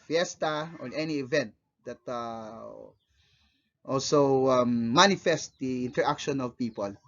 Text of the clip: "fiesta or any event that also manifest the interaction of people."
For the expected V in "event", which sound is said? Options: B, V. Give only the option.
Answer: V